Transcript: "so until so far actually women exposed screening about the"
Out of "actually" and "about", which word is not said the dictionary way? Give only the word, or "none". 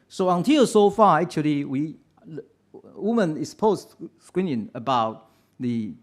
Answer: actually